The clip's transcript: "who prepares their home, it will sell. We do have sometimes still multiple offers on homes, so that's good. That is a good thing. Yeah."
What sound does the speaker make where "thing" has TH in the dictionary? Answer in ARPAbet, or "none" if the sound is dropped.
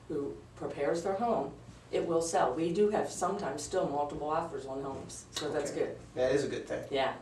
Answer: TH